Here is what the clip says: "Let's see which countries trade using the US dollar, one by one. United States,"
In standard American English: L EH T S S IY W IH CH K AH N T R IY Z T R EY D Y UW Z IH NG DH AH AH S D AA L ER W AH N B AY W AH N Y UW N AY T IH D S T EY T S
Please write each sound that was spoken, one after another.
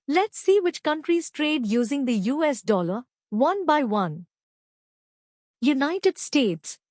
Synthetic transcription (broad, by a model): L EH T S S IY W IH CH K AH N T R IY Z T R EY D Y UW Z IH NG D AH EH S D AA L ER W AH N B AY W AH N Y UW N AY T IH D S T EY T S